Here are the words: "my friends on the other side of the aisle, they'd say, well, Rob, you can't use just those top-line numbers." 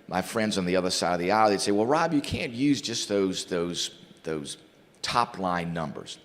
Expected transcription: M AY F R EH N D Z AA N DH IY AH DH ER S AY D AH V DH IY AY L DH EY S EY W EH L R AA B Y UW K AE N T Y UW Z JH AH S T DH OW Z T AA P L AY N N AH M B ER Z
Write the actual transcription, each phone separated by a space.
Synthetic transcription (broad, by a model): M AY F R EH N D Z N DH IY AH DH ER S AY D AH V DH IY AY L DH EY S EY W EH L R AA B Y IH K AE N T Y UW Z JH AH S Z DH OW Z T AA P L AY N N AH M B ER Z